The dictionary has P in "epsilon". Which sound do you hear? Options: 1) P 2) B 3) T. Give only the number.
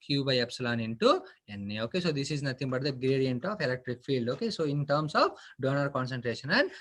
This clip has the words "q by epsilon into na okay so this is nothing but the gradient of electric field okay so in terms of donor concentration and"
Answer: 1